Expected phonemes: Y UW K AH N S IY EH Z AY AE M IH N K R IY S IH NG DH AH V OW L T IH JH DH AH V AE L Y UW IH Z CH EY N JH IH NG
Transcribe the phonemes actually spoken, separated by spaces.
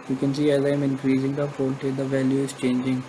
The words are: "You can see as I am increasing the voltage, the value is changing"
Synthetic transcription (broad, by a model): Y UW K AH N S IY EH Z AY M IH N K R IY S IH NG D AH P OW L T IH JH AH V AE L Y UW IH Z CH EY N JH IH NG